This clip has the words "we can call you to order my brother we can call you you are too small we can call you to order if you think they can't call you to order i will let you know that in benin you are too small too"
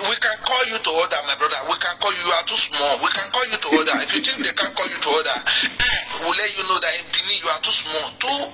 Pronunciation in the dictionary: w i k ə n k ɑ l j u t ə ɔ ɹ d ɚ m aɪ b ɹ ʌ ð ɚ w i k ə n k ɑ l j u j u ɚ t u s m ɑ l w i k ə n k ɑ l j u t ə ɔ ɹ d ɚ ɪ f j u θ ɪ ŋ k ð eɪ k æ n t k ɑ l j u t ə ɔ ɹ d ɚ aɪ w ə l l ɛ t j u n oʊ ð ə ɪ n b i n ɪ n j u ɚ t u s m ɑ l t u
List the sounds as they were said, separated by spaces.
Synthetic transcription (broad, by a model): w i k ə n k ɑ l j u t ə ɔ d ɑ m aɪ b ɹ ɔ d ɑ w i k ə n k ɑ l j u j u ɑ t u s m ɑ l w i k ə n k ɑ l j u t ə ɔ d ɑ ɪ f j u t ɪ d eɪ k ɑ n k ɑ l j u t ə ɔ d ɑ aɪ w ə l l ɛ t j u n oʊ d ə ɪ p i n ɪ j u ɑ t u s m ɑ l t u